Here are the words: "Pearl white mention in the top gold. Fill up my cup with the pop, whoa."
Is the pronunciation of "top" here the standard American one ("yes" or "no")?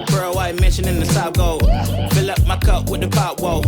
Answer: no